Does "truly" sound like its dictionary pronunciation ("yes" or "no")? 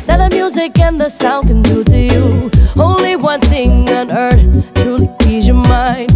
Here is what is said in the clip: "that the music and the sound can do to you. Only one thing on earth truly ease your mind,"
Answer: no